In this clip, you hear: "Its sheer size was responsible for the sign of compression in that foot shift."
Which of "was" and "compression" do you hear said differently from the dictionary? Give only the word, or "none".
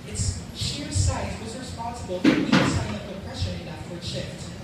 compression